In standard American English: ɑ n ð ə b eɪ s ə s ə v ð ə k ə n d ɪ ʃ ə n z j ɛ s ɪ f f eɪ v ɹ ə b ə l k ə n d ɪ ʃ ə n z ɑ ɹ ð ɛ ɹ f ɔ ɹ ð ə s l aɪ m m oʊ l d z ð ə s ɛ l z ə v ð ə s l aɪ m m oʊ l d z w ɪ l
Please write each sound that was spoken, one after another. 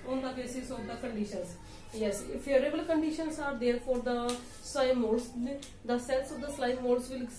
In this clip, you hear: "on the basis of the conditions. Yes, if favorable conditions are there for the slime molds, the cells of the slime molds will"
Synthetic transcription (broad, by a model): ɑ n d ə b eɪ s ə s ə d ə k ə n d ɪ ʃ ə n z j ɛ s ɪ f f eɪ ɹ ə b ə l k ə n d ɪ ʃ ə n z ɑ ɹ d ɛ ɹ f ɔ ɹ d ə s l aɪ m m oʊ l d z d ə s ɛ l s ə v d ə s l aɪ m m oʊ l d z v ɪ l